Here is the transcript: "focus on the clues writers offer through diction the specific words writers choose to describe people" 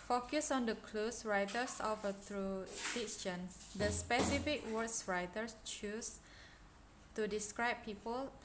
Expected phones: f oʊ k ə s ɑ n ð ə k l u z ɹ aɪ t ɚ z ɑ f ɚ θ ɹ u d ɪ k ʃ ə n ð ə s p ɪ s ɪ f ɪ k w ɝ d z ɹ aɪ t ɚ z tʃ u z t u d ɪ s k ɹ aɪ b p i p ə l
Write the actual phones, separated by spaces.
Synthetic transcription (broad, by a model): f oʊ k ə s ɑ n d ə k l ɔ s ɹ aɪ t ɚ s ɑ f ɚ t ɹ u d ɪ ʃ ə n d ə s p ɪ s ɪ f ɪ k w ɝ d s ɹ aɪ t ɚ s tʃ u s t u d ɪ s k ɹ aɪ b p i p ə l